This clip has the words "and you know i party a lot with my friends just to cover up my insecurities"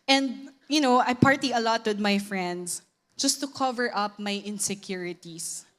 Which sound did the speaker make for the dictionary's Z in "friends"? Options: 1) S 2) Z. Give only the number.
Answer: 1